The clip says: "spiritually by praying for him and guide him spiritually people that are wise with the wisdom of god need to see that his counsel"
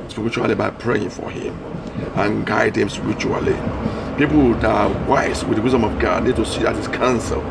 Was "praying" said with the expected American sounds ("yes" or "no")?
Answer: yes